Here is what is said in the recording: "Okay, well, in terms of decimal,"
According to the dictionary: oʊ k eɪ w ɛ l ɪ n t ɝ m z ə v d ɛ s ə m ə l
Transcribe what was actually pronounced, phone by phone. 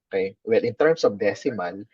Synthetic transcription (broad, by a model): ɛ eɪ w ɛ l ɪ n t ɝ m s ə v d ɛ s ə m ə l